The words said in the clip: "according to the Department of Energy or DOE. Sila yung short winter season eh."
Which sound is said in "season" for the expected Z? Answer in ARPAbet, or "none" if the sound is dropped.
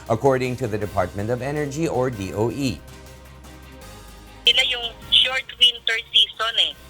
S